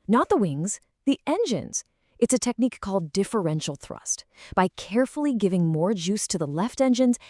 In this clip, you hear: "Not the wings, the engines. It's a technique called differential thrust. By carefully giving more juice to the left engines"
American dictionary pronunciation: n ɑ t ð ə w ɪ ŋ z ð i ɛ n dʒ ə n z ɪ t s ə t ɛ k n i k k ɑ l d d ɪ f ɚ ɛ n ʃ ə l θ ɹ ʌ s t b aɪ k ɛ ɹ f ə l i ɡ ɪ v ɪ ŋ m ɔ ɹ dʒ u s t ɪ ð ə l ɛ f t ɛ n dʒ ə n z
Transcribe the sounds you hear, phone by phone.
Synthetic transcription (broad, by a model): n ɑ t ð ə w ɪ ŋ z ð i ɛ n dʒ ə n z ɪ t s ə t ɛ k n i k k ɑ l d d ɪ f ɚ ɛ n ʃ l θ ɹ ʌ s t b aɪ k ɛ ɹ f l i ɡ ɪ v ɪ ŋ m ɔ ɹ dʒ u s t ɪ ð ə l ɛ f t ɛ n dʒ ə n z